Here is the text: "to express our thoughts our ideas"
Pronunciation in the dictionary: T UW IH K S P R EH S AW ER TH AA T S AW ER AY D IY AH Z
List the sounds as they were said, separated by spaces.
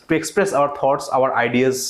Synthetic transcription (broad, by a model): T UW IH K S P R EH S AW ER T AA T S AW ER AY D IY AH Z